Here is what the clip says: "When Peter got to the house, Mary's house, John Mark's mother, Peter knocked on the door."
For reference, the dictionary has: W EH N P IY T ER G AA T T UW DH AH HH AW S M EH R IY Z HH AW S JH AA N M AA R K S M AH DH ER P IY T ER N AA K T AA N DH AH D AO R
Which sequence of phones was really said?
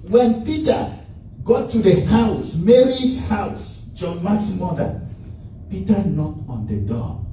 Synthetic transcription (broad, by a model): W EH N P IY T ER G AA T T UW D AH HH AW S M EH R IY S HH AW S JH AA N M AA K S M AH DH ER P IY T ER N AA T AA N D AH D AO